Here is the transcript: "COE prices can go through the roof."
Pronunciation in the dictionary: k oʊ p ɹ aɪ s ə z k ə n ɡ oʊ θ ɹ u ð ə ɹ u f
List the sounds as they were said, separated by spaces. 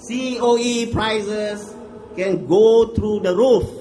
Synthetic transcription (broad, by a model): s oʊ p ɹ aɪ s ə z k ə n ɡ oʊ t ɹ u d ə ɹ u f